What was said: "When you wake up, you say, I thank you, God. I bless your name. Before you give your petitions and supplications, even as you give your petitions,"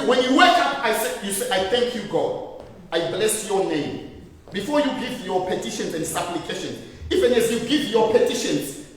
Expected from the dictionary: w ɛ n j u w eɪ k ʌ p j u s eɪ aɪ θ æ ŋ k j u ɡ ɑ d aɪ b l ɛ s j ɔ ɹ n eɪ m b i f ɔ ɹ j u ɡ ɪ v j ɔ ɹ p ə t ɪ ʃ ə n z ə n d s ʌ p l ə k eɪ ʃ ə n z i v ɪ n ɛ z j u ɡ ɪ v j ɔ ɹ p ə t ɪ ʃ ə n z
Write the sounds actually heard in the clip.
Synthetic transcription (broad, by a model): w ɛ n j u w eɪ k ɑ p j u s eɪ aɪ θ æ ŋ k j u ɡ ɑ d aɪ b l ɛ s j ɔ n eɪ m b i f ɔ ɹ j u ɡ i v j ɔ p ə t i ʃ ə n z ə n d s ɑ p l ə k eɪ ʃ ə n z i v ɪ n ɛ z j u ɡ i v j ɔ p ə t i ʃ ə n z